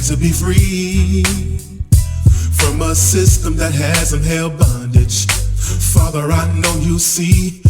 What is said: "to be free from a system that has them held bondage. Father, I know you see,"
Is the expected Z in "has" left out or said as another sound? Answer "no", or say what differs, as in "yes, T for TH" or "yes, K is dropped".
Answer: no